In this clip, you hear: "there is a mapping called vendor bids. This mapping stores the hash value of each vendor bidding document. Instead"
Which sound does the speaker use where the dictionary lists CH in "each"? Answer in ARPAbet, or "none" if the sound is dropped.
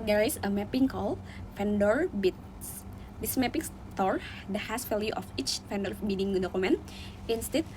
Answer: CH